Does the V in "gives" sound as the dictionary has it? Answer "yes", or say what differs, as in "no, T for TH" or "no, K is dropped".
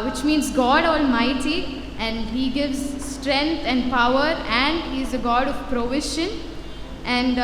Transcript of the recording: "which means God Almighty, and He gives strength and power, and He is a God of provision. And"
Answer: yes